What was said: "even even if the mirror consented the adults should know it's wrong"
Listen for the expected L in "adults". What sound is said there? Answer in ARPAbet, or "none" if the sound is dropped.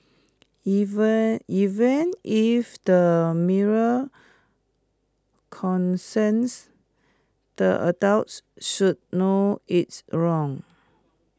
W